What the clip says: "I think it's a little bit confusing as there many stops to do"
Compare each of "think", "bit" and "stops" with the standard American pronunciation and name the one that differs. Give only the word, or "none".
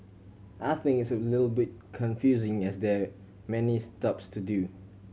think